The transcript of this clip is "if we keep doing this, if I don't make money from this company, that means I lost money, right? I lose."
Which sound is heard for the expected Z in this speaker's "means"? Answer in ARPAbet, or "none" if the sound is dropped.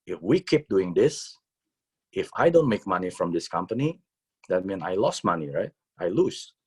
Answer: none